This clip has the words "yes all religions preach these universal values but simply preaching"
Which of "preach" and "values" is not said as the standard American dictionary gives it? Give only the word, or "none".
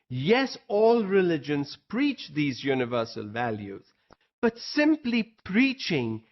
none